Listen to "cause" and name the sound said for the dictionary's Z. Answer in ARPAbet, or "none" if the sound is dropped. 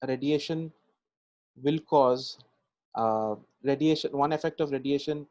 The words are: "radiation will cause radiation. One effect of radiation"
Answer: Z